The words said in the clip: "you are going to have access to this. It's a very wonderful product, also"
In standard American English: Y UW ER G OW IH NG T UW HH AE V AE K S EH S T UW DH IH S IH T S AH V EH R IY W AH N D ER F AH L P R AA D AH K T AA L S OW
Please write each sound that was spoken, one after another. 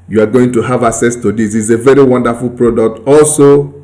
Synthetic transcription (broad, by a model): Y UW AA G OW IH NG T UW HH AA V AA K S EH S T UW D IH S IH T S AH V EH R IY W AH N D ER F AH L P R AA D AH K T AA L S OW